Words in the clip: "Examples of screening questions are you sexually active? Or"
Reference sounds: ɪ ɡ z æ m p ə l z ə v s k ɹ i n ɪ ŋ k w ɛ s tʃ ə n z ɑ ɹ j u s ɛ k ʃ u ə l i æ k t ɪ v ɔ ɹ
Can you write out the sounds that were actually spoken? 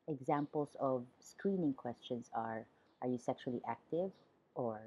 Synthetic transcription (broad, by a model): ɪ ɡ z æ m p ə l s ə v s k ɹ i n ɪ ŋ k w ɛ s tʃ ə n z ɑ ɹ j u s ɛ k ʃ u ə l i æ k t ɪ v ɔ ɹ